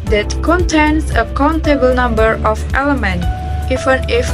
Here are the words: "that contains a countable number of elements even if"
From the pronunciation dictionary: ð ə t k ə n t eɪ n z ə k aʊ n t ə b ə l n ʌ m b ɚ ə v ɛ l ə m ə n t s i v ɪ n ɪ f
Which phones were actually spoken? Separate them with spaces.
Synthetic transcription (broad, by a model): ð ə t k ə n t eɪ n s ə k aʊ n t ə b ə l n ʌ m b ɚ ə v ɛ l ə m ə n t i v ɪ n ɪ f